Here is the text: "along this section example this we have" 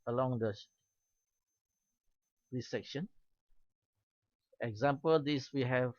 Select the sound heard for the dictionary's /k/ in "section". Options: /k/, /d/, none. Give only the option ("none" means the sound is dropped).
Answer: /k/